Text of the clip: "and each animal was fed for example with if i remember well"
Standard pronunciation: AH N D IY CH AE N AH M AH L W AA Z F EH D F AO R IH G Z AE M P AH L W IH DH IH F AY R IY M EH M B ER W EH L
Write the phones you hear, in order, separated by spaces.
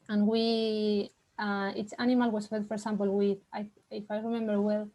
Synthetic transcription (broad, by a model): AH N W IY S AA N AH M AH L W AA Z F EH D F AO R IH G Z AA M P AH L W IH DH IH F AY R IY M EH M B ER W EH L